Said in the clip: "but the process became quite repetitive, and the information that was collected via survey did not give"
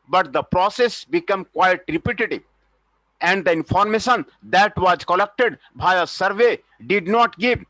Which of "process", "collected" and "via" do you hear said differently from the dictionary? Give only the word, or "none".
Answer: via